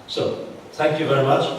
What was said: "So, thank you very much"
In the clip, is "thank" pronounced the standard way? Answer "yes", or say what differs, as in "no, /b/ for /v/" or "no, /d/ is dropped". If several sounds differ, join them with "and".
no, /t/ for /θ/